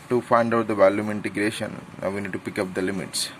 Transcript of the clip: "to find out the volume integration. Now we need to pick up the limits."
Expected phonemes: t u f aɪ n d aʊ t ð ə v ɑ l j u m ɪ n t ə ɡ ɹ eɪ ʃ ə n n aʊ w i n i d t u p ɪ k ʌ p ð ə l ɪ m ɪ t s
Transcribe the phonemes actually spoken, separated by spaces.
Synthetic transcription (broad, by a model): t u f aɪ n d aʊ t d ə v ɑ l j u m ɪ n t ə ɡ ɹ eɪ ʃ ə n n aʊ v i n i d t u p ɪ k ʌ p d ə l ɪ m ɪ t s